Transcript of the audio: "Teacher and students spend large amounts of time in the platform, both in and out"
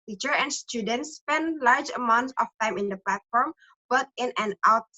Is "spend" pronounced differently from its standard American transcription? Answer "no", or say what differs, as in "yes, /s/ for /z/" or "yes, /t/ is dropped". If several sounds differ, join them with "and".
no